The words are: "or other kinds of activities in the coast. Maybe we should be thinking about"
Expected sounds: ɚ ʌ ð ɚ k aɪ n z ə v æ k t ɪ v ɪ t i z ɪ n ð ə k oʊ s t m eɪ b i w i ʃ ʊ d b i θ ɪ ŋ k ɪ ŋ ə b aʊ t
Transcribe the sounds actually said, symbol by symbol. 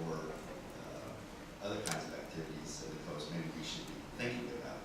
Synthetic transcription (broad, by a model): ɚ ʌ ð ɚ k aɪ n z ə v æ k t ɪ v ɪ t i z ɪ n ð ə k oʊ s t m eɪ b i w i ʃ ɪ d b i θ ɪ ŋ k ɪ ŋ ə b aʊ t